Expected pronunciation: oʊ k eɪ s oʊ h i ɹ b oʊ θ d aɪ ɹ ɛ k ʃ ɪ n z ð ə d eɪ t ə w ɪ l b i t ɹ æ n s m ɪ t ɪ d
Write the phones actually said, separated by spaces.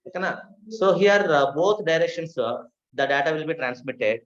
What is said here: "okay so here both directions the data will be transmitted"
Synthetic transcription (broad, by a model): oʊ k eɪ s oʊ h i ɹ b oʊ t d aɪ ɹ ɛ k ʃ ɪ n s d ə d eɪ t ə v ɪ l b i t ɹ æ n s m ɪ t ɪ d